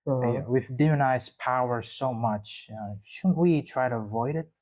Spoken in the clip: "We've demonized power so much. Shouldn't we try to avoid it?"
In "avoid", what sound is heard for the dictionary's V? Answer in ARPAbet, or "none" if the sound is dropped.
V